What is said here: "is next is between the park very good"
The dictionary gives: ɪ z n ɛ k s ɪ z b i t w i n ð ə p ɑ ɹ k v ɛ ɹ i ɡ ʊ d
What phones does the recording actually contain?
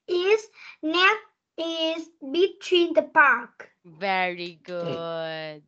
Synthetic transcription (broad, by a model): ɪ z n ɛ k ɪ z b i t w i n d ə p ɑ ɹ k v ɛ ɹ i ɡ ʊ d